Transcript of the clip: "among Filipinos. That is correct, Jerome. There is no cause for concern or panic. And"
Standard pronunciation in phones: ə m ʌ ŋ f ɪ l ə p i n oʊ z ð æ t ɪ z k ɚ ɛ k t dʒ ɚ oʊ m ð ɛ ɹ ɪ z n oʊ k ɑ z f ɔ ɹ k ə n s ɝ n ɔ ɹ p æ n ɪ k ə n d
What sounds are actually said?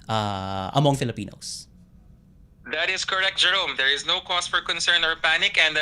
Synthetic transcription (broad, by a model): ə m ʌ ŋ f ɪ l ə p i n oʊ s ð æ t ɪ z k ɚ ɛ k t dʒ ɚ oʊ m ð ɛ ɹ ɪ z n oʊ k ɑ s f ɔ ɹ k ə n s ɝ n ɔ ɹ p æ n ɪ k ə n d